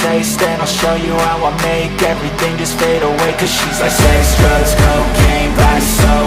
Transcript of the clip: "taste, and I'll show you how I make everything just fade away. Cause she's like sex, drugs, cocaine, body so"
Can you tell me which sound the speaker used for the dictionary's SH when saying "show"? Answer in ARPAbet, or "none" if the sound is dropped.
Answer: SH